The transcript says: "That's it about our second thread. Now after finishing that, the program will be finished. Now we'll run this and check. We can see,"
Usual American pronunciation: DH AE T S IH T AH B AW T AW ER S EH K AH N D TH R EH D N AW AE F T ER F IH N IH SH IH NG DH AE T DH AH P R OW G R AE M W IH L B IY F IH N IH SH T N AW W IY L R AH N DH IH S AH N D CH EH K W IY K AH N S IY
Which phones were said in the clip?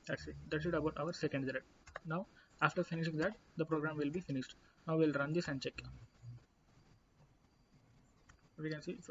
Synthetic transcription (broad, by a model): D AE T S IH T AH B AW T AW ER S EH K AH N D T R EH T N AW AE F T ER F IH N IH SH IH NG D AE T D AH P R OW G R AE M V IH L B IY F IH N IH SH T N AW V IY L R AH N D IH S AH N D CH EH K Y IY K AH N S IY